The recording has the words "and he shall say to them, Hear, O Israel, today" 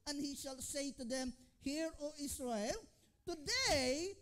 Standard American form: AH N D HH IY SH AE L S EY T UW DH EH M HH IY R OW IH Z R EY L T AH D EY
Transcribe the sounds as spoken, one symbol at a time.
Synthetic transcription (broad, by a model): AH N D HH IY SH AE L S EY T UW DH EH M HH IY R OW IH S R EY L T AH D EY